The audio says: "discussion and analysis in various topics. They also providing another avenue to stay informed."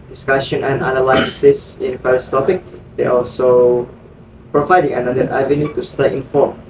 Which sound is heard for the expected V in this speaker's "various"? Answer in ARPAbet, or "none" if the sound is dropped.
F